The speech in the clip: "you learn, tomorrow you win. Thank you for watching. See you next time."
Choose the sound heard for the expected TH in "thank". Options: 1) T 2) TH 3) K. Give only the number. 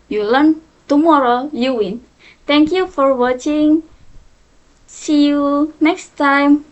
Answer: 1